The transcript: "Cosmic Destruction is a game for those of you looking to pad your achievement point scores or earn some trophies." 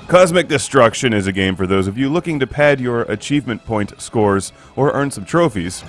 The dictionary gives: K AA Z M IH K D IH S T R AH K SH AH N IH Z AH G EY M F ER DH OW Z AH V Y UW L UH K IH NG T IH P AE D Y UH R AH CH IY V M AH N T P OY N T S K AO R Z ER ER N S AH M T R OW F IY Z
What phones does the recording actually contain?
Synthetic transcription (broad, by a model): K AA Z M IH K D IH S T R AH K SH AH N IH Z AH G EY M F ER DH OW Z AH V Y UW L UH K IH NG T IH P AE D Y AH R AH CH IY V M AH N P OY N T S K AO R Z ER ER N S AH M T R OW F IY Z